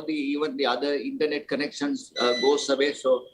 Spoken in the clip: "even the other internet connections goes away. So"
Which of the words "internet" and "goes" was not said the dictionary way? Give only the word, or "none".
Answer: goes